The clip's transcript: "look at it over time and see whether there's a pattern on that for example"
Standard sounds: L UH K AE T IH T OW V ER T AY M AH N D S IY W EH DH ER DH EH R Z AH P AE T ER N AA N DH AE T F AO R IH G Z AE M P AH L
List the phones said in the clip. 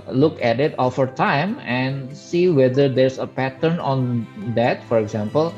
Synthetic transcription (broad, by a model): L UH K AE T IH T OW F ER T AY M AH N D S IY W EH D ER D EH R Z AH P AE T ER N AA N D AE T F AO R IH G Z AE M P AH L